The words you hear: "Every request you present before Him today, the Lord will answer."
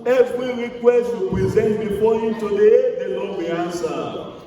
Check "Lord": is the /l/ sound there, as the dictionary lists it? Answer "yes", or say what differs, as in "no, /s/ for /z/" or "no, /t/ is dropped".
no, /n/ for /l/